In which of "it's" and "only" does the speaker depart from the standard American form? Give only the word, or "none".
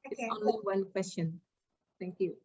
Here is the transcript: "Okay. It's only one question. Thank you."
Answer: only